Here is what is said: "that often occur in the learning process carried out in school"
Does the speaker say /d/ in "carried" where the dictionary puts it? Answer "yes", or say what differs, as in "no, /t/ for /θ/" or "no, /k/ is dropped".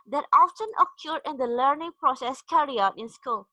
no, /d/ is dropped